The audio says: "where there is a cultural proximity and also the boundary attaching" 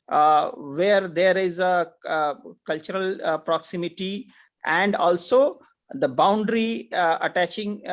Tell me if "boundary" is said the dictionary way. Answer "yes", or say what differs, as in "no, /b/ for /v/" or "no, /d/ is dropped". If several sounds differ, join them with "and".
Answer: yes